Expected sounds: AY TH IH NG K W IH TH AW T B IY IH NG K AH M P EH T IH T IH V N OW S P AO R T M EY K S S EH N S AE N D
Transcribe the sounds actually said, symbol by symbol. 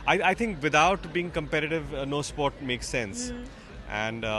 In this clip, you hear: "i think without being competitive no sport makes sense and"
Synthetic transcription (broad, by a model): AY T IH NG K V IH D AW T B IY IH NG K AH M P EH T IH T IH V N OW S P AO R T M EY K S S EH N S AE N D